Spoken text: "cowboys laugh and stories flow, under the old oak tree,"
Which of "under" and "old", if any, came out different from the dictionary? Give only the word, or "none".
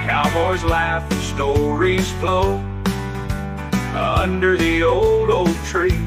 none